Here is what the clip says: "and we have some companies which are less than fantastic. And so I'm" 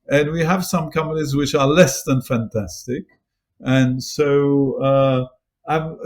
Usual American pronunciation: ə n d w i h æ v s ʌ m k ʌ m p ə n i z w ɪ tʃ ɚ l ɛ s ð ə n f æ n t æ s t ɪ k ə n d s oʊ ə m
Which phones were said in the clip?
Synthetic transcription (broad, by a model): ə n w i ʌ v s ʌ m k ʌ m ə l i z w ɪ tʃ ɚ l ɛ s ð ə n f æ n t æ s t ɪ k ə n s oʊ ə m